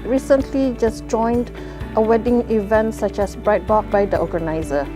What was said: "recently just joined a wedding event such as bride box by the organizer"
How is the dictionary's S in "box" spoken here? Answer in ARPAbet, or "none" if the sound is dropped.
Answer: none